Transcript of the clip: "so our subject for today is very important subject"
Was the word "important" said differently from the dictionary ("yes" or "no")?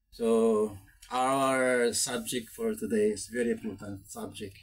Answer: yes